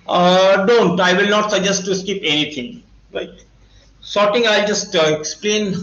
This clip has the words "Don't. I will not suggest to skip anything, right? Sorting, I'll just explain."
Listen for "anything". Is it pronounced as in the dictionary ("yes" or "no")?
no